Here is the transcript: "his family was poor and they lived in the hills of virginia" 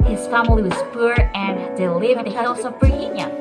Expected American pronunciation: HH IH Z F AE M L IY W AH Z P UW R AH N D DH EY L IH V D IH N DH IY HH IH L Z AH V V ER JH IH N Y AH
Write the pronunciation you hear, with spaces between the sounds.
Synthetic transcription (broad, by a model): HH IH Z F AE M L IY W AH Z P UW R AH N D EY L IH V IH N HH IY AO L S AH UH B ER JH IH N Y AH